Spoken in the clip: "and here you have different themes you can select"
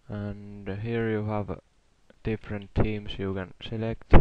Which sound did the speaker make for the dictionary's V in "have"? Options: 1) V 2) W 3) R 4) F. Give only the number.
1